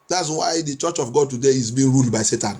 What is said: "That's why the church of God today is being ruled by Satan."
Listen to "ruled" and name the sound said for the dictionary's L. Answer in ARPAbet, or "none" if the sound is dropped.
L